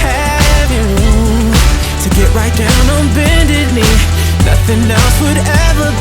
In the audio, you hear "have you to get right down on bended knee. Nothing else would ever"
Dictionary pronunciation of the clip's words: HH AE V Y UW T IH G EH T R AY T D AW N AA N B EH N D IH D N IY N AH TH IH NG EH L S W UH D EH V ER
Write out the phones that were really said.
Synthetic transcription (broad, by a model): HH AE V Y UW T IH G EH T R AY T D AW N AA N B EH N D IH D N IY N AH TH IH NG EH L S W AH D EH V ER